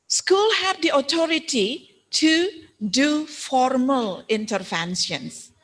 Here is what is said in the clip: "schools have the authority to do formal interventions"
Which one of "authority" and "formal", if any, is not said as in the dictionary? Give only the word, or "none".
authority